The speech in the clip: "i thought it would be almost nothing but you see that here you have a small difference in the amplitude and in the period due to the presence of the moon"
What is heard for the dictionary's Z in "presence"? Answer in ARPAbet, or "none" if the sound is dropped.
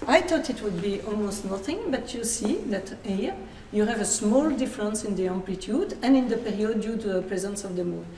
Z